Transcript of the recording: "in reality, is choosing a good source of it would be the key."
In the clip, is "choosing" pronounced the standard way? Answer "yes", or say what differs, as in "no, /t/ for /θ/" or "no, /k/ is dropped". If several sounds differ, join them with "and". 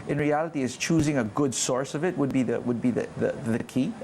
yes